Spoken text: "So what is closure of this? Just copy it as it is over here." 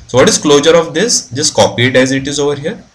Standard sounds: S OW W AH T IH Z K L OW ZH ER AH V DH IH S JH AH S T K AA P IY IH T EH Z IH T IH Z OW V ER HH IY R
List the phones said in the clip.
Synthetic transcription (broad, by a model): S OW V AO T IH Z K L OW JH ER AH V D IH S JH AH S T K AA P IY IH T EH Z IH T IH Z OW V ER HH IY R